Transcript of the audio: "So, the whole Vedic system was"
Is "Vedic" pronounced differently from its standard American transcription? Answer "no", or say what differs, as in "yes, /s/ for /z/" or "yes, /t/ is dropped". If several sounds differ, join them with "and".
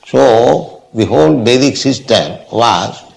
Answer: yes, /b/ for /v/